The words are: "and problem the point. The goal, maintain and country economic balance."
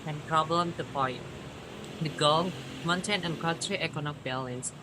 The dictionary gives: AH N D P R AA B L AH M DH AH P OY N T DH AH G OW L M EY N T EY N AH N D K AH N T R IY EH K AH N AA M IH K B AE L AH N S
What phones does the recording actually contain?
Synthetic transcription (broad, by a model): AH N P R AA B L AH M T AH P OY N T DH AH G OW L M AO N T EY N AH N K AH T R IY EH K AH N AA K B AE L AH N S